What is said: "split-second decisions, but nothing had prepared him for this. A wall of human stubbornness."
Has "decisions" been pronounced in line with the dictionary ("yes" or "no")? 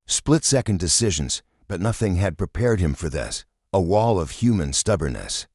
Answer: yes